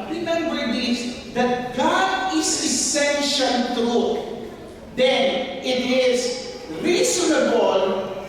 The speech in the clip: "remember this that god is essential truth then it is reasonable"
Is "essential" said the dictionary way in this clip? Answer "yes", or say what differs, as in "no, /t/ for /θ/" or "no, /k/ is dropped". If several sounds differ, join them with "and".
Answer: no, /n/ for /l/